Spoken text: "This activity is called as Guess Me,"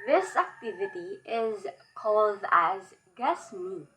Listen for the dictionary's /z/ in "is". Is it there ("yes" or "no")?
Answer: yes